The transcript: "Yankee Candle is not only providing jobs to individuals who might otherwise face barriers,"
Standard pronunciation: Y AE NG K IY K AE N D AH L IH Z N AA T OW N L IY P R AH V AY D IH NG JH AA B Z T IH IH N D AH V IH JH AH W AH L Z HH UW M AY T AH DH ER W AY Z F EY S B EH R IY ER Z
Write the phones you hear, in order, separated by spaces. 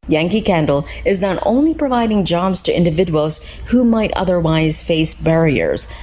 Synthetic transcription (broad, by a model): Y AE NG K IY K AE N D L IH Z N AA T OW N L IY P R AH V AY D IH NG JH AA B Z T IH IH N D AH V IH JH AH W L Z HH UW M AY T AH DH ER W AY Z F EY S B EH R IY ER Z